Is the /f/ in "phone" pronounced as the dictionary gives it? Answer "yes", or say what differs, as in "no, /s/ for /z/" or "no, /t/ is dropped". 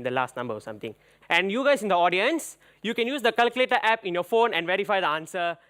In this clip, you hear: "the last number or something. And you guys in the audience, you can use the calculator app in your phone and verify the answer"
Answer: yes